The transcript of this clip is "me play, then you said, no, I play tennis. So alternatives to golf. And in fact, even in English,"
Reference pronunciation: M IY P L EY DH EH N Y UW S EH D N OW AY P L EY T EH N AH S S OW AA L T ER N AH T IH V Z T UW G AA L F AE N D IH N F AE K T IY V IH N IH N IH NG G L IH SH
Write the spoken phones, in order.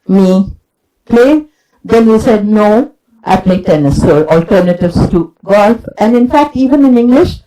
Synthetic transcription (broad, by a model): M IY P L EY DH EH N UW S EH D N OW AY P L EY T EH N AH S S OW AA L T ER N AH T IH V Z T UW G AA L F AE N D IH N F AE K T IY V IH N IH N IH NG G L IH SH